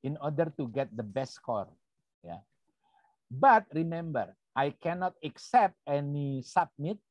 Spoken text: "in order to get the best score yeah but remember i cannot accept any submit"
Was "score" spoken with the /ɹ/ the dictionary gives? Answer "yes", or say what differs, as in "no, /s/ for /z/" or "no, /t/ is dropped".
yes